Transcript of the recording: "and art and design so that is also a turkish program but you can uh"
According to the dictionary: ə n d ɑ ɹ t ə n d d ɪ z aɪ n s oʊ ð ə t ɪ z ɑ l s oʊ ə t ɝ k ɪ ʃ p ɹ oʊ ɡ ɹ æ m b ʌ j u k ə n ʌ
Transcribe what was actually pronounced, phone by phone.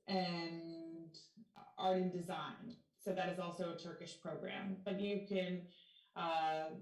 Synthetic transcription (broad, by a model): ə n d ɑ ɹ t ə n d d ɪ z aɪ n s oʊ ð ə t ɪ z ɑ l s oʊ ə t ɝ k ɪ ʃ p ɹ oʊ ɡ ɹ æ m b ʌ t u k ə n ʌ